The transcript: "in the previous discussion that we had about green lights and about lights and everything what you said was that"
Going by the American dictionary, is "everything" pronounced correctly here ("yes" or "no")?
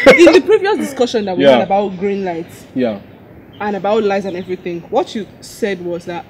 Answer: yes